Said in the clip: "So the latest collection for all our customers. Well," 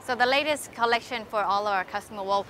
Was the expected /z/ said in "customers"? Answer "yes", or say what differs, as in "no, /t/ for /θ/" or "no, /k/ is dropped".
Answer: no, /z/ is dropped